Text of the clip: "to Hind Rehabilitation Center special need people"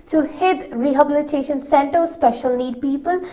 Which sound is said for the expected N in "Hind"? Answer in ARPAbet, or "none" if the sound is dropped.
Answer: none